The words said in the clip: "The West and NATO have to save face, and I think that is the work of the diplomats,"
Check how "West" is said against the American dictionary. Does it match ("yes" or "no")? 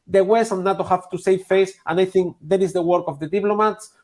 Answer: no